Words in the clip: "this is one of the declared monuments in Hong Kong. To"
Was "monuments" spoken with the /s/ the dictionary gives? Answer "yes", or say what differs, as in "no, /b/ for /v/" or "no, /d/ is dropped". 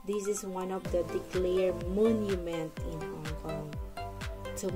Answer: no, /s/ is dropped